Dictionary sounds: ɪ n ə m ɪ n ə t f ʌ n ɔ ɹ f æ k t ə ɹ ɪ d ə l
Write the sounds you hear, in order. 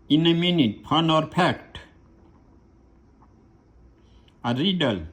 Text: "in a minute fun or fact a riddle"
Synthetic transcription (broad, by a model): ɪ n ə m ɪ n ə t p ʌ n ɔ ɹ p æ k t ə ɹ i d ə l